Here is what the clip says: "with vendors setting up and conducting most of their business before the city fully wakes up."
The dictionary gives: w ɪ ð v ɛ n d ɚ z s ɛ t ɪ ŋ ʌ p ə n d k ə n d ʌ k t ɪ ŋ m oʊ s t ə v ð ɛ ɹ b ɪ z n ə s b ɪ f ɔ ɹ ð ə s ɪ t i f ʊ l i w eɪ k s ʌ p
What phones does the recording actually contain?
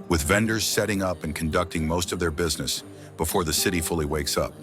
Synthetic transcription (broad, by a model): w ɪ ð v ɛ n d ɚ z s ɛ t ɪ ŋ ʌ p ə n k ə n d ʌ k t ɪ ŋ m oʊ s t ə v ð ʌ ɹ b ɪ z n ə s b ɪ f ɔ ɹ ð ə s ɪ t i f ʊ l i w eɪ k s ʌ p